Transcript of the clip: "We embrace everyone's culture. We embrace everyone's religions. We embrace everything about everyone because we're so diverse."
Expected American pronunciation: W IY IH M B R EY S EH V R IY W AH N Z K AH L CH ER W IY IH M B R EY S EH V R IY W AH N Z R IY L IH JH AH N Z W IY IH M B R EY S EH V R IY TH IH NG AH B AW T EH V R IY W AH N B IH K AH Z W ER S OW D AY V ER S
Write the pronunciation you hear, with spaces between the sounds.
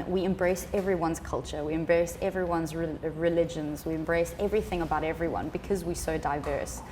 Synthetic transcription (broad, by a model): W IY IH M B R EY S EH V R IY W AH N Z K AH L CH ER W IY IH M B R EY S EH V R IY W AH N Z R IY L IH JH AH N Z W IY IH M B R EY S EH V R IY TH IH NG AH B AW T EH V R IY W AH N B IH K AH Z W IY S OW D AY V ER S